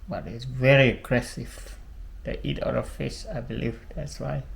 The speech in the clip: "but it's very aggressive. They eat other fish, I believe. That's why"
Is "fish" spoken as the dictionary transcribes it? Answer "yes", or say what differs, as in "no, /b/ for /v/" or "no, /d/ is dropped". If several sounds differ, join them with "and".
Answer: no, /s/ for /ʃ/